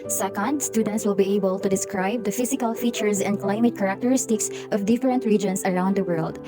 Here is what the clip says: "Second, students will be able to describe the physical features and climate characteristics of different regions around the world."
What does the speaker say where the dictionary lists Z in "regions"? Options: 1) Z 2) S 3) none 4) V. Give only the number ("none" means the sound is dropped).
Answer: 2